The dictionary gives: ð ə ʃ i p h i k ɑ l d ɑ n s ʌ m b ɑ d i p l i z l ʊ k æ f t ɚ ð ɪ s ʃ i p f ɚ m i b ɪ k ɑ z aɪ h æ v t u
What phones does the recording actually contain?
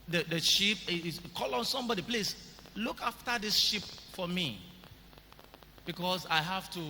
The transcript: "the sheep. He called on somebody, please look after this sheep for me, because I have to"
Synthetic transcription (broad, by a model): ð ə ʃ i p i k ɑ l ɑ n s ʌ m b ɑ d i p l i s l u k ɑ f t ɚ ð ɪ s ʃ i p f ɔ m i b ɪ k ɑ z aɪ h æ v t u